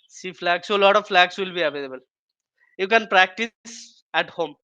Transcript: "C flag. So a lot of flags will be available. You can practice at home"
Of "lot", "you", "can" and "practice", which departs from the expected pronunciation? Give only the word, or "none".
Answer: none